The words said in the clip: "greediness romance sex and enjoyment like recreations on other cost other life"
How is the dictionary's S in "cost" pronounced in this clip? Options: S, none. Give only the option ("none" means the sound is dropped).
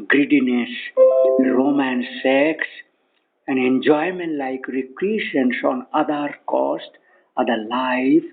S